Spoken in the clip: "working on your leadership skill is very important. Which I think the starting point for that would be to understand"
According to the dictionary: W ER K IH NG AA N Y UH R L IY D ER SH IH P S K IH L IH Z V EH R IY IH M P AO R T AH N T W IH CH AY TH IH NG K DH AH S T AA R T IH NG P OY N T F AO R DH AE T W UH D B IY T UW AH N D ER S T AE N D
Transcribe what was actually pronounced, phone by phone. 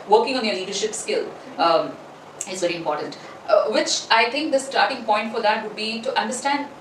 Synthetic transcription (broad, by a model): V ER K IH NG AA N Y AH L IY D ER SH IH P S K IH L IH Z V EH R IY IH M P AO R T AH N T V IH CH AY T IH NG K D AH S T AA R T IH NG P OY N T F AO R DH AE T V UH D B IY T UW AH N D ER S T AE N D